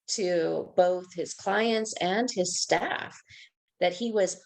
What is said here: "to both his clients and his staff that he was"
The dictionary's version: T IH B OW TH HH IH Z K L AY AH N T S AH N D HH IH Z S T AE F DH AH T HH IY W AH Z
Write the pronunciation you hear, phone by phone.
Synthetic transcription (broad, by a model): T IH B OW TH HH IH Z K L AY AH N T S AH N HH IH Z S T AE F DH AH T HH IY W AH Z